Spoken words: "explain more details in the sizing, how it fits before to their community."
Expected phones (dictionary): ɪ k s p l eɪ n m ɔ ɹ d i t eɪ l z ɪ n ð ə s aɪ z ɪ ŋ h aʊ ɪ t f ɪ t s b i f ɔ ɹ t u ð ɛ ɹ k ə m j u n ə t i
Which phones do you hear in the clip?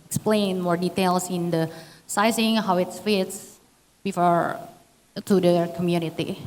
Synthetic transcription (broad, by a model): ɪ k s p l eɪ n m ɔ ɹ d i t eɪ l s ɪ n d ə s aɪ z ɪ ŋ h aʊ ɪ t f ɪ t s b i f ɔ ɹ t u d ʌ k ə m j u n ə t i